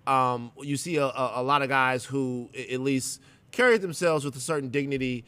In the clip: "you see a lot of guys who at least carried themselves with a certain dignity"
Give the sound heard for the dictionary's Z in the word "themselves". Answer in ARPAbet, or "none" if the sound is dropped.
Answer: Z